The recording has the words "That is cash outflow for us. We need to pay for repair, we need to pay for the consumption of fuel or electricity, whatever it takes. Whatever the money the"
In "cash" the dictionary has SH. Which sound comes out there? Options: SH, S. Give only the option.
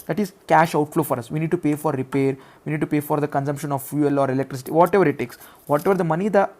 SH